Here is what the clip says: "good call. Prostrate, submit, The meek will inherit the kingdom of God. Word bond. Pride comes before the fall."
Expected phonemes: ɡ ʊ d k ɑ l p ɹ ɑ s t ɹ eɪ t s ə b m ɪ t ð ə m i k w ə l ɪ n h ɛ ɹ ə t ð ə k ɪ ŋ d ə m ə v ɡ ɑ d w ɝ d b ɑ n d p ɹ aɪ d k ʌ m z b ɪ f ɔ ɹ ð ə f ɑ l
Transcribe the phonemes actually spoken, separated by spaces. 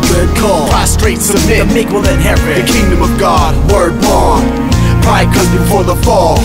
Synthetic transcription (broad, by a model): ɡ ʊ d k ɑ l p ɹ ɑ s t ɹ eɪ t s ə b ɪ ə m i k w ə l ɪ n h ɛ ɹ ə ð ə k ɪ ŋ d ə m ə v ɡ ɑ d w ɝ d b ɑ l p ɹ aɪ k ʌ z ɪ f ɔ ɹ ð ə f ɑ l